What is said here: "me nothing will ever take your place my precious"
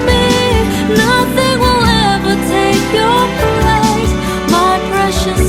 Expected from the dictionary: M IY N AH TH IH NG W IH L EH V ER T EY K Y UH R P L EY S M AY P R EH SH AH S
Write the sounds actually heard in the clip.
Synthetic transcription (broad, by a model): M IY N AH TH IH NG W IH L EH V ER T EY K Y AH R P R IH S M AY P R EH SH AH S